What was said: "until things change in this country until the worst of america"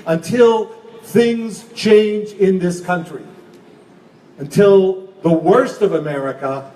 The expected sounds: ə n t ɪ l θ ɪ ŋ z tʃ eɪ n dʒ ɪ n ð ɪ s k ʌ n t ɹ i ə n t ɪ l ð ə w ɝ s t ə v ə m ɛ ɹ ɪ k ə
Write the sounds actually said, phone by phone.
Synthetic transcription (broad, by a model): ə n t ɪ l θ ɪ ŋ z tʃ eɪ n dʒ ɪ n ð ɪ s k ʌ n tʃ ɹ i ə n t ɪ l ð ə w ɝ s t ə v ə m ɛ ɹ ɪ k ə